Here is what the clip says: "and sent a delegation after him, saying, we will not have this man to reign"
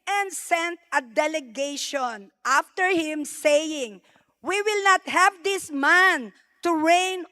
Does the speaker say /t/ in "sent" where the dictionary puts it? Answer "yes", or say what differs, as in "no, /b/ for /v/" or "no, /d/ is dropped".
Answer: yes